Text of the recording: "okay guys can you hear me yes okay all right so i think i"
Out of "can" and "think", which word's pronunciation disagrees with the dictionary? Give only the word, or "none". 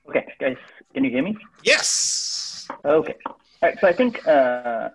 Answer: none